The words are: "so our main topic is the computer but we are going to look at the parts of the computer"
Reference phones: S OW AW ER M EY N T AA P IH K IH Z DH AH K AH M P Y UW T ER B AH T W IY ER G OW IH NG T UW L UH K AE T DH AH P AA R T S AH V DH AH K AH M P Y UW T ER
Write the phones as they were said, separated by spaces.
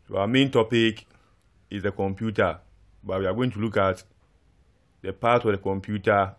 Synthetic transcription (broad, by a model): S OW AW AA M EY N T AA P IH K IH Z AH K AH M P Y UW T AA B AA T W IY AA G OW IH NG T UW L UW K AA T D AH P AA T AH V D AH K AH M P Y UW T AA